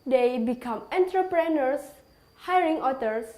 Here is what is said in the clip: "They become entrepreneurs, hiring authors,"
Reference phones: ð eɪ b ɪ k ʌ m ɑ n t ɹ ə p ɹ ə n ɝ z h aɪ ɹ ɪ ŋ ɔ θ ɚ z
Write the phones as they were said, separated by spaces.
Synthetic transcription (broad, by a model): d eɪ b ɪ k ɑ m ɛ n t ɹ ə p ɹ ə n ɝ s h aɪ ɹ ɪ ŋ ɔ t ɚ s